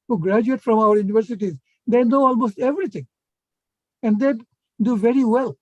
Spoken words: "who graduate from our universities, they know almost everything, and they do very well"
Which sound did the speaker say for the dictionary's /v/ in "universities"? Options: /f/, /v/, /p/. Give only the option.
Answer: /v/